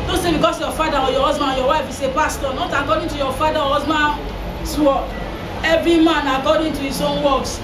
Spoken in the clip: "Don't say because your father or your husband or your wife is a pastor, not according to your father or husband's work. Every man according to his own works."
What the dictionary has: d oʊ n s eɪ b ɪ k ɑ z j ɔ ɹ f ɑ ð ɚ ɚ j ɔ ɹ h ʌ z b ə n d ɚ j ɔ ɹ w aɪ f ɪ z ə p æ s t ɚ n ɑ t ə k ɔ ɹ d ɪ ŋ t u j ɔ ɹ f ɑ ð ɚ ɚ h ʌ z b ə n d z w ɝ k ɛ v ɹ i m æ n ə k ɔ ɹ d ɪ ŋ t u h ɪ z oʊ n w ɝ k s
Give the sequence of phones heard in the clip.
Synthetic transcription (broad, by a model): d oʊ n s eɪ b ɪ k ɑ s j ɔ f ɑ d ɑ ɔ j ɔ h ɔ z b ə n j ɔ w aɪ f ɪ s ə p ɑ s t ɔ n ɑ t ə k ɔ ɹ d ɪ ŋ t u j ɔ f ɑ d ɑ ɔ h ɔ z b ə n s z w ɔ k ɛ v ɹ i m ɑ n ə k ɔ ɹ d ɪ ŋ t u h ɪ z oʊ n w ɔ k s